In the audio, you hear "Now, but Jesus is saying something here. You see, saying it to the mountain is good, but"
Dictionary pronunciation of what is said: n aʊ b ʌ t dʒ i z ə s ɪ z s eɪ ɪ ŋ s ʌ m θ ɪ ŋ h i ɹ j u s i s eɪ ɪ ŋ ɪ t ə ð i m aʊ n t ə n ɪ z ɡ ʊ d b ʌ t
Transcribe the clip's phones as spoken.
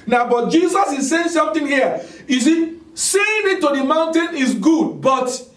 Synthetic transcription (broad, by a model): n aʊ b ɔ t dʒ i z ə s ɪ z s eɪ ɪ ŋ s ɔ m t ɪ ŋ h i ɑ j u s i s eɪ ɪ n ɪ t ə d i m aʊ n t ə n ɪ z ɡ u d b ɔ t